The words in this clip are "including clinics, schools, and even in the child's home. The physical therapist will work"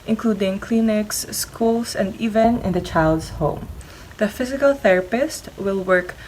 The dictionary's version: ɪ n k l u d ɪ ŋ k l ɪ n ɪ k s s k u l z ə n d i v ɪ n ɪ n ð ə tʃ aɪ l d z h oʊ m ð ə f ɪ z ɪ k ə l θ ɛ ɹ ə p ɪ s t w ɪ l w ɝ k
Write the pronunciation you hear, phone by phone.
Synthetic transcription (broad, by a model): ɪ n k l u d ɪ ŋ k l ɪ n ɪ k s s k u l s ə n d i v ɪ n ɪ n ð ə tʃ aɪ l d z h oʊ m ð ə f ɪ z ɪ k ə l θ ɛ ɹ ə p ɪ s t w ɪ l w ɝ k